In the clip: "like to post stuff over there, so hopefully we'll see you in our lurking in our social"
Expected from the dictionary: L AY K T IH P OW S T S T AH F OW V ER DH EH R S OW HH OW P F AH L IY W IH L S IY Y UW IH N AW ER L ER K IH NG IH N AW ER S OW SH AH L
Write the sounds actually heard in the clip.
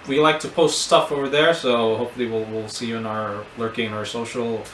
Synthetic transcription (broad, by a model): L AY K T IH P OW S T S T AH F OW V ER DH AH R S OW HH OW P F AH W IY W IH L S IY Y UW IH N AW ER L ER K IH NG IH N AW ER S OW SH L